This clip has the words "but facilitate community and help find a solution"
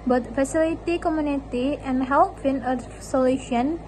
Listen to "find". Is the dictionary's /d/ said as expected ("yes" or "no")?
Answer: no